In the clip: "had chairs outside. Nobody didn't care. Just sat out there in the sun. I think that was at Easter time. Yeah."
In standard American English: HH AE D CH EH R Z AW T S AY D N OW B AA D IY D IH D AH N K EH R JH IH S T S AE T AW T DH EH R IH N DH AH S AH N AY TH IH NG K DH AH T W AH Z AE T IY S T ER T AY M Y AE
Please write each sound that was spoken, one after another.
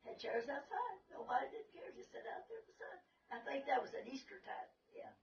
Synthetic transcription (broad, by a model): HH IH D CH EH R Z AW T S AY D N OW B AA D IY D IH D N K EH R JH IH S S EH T AW T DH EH R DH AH S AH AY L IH K DH AH T W AH Z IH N IY S T ER T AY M Y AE